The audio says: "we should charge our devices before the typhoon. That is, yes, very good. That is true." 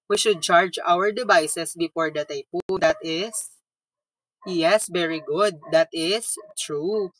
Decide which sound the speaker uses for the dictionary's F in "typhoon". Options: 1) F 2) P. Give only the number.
2